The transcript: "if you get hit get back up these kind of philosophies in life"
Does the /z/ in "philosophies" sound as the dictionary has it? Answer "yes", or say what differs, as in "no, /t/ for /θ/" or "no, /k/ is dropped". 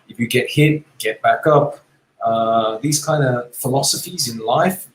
yes